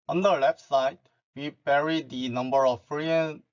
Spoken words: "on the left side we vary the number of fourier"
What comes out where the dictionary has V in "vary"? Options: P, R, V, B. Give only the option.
P